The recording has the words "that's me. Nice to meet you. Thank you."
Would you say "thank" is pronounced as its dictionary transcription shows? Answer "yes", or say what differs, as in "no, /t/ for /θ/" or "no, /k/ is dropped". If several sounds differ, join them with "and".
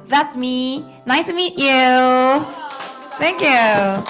yes